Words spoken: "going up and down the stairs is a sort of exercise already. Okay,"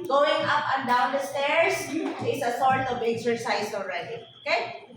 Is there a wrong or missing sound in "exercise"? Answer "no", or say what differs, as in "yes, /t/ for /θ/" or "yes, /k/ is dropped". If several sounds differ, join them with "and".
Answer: yes, /s/ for /z/